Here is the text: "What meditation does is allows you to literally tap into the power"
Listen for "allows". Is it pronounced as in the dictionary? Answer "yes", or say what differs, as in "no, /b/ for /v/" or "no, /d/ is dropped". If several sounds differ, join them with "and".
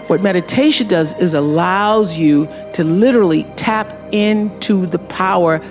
yes